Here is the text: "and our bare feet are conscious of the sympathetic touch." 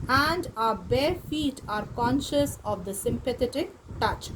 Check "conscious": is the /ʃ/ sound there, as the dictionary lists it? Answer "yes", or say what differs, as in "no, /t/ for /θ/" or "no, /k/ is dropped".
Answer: yes